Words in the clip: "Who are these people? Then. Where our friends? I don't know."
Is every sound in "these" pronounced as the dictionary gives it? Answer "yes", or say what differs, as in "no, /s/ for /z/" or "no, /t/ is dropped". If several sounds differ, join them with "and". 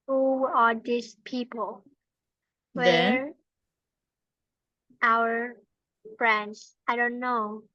no, /s/ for /z/